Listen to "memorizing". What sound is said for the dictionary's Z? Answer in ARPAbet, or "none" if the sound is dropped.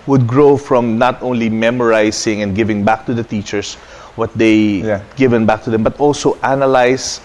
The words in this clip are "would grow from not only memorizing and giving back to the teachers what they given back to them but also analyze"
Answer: S